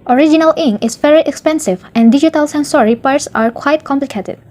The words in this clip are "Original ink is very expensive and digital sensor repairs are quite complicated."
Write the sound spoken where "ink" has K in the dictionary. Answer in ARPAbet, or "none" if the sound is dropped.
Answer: none